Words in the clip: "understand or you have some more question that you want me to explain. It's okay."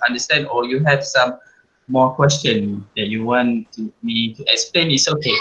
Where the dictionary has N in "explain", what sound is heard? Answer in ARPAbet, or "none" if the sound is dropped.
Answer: N